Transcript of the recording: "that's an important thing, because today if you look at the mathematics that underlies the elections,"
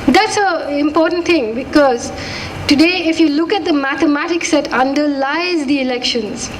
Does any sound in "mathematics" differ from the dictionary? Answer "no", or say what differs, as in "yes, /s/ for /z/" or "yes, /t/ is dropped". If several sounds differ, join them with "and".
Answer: yes, /t/ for /θ/